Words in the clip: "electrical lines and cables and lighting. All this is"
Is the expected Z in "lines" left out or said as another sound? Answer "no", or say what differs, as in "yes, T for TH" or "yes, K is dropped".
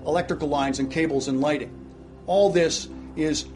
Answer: no